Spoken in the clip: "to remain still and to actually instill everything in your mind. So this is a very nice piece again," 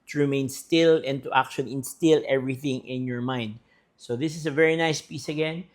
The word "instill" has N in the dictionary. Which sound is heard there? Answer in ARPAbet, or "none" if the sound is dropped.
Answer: N